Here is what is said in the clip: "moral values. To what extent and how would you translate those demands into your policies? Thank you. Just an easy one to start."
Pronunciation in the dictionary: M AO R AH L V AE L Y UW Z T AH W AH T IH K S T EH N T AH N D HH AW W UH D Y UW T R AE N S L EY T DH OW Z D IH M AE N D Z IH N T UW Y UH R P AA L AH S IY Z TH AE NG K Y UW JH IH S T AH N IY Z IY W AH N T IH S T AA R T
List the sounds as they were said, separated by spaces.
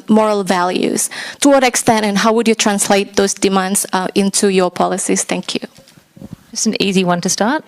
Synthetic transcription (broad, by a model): M AO R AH L V AE L Y UW Z T AH W AH T IH K S T EH N T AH N HH AW W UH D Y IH T R AE N S L EY T DH OW Z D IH M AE N D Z IH N T UW Y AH R P AA L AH S IY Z TH AE NG K Y UW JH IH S N IY Z IY W AH N T IH S T AA R T